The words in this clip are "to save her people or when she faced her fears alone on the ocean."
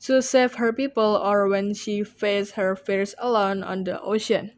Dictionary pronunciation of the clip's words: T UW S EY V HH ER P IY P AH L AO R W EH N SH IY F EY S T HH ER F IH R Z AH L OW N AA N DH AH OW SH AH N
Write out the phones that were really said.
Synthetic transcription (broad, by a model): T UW S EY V HH ER P IY P AH L AO R W EH N SH IY F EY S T HH ER F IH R S AH L OW N AA N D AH OW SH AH N